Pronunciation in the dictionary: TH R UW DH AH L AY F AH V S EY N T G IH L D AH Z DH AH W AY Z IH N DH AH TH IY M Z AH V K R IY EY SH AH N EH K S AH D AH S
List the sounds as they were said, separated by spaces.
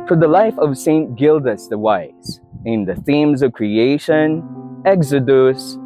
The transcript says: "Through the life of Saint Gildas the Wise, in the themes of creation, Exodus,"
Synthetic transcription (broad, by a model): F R DH AH L AY F AH V S EY N T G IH L D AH S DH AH W AY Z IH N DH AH TH IY M Z AH V K R IY EY SH AH N EH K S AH D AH S